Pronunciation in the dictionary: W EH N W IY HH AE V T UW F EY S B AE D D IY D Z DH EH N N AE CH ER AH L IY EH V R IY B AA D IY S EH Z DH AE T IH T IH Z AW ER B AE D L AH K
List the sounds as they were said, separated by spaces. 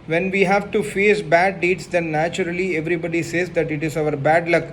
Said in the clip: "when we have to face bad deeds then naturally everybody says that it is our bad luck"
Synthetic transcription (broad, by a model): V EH N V IY HH AE V T UW F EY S B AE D D IY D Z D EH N N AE CH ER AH L IY EH V R IY B AA D IY S EH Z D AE T IH T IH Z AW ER B AE D L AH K